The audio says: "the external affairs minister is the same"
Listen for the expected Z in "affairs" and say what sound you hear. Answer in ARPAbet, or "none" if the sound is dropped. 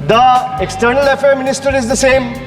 none